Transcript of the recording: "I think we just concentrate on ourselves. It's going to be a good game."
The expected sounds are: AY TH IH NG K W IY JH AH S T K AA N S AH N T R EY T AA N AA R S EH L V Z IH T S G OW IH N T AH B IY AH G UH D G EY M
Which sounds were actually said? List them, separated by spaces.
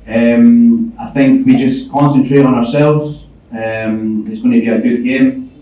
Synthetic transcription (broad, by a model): AY TH IH NG K W IY JH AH S K AA N S AH N T R EY T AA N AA R S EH L V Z IH T S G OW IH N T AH B IY AH G UH D G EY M